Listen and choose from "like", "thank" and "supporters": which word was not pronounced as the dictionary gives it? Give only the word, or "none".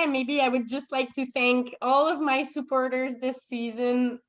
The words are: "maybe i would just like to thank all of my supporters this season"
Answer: none